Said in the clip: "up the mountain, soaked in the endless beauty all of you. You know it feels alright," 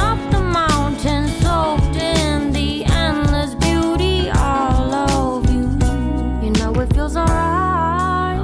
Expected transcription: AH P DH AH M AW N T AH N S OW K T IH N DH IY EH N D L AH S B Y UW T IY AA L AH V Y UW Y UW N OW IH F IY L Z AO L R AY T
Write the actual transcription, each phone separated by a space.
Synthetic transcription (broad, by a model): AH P DH AH M AW N T AH N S OW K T IH N DH IY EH N L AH S B Y UW T IY AA L AH V Y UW Y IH N OW IH F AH Z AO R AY